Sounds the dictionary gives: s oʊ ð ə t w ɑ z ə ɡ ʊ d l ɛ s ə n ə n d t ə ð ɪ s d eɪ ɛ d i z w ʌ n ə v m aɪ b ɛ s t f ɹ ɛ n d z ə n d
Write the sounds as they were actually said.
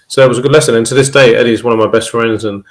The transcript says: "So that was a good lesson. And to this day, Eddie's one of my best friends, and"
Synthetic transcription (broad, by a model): s oʊ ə t w ɑ z ə ɡ ʊ d l ɛ s ə n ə n t ə ð ɪ s d eɪ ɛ d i z w ʌ n ə v m aɪ b ɛ s t f ɹ ɛ n d z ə n